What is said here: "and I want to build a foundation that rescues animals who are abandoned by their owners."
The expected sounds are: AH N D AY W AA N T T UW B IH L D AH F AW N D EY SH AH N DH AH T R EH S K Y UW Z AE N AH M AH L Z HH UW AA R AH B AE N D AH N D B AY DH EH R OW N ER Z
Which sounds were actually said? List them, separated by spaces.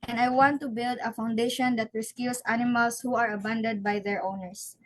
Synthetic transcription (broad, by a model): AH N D AY W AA N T T UW B IH L D AH F AW N D EY SH AH N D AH T R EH S K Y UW S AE N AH M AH L S HH UW AA R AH B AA N D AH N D B AY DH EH R OW N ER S